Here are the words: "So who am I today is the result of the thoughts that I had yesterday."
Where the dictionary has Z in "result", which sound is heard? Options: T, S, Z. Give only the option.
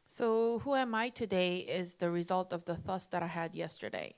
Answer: Z